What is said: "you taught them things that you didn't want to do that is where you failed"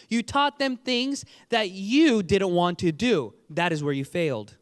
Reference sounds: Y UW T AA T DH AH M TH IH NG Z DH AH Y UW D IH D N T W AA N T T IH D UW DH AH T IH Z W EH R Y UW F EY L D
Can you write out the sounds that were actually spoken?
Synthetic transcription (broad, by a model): Y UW T AA T DH AH M TH IH NG Z DH AH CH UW D IH D N T W AA N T T IH D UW DH AH T IH Z W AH R Y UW F EY L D